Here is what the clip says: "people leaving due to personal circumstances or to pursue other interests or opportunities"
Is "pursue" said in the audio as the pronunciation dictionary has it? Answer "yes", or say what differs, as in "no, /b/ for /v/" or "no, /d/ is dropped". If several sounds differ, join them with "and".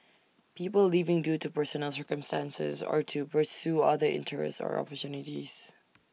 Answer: yes